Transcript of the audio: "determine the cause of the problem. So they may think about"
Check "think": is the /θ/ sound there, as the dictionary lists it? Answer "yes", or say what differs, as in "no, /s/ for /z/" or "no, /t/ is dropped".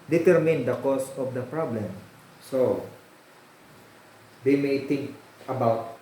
no, /t/ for /θ/